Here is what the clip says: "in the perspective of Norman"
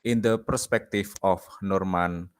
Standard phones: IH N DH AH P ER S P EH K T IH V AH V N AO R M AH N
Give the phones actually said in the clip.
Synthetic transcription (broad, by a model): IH N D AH P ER S P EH K T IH F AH F N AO R M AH N